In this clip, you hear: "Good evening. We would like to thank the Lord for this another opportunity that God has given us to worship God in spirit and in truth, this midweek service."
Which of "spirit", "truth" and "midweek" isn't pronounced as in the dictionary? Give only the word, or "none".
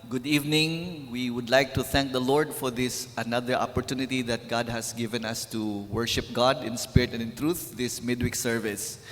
none